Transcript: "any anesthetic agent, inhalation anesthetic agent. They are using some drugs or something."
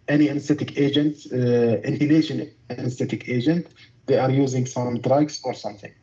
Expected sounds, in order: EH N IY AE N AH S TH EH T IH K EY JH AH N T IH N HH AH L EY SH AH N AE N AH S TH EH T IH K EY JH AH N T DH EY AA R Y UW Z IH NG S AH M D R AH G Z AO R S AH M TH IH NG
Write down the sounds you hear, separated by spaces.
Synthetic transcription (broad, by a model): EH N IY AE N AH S T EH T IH K EY JH AH N T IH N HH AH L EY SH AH N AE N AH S T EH T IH K EY JH AH N T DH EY AA R Y UW Z IH NG S AH M D R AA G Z AO R S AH M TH IH NG